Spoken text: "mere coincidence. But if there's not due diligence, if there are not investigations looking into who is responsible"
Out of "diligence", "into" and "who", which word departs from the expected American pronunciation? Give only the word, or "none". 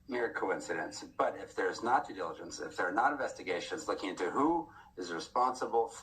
none